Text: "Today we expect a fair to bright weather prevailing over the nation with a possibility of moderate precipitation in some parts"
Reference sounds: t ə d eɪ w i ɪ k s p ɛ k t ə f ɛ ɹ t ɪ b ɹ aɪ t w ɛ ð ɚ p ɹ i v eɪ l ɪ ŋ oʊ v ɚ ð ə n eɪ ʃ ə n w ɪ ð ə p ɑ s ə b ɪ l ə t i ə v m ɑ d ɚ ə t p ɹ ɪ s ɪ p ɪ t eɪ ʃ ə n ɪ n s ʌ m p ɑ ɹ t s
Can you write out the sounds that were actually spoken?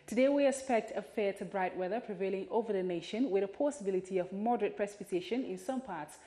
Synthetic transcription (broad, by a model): t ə d eɪ w i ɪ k s p ɛ k t ə f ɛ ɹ t ɪ b ɹ aɪ t w ɛ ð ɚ p ɹ i v eɪ l ɪ ŋ oʊ v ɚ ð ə n eɪ ʃ ə n w ɪ ð ə p ɑ s ə b ɪ l ə t i ə v m ɑ d ɚ ə t p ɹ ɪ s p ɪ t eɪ ʃ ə n ɪ n s ʌ m p ɑ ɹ t s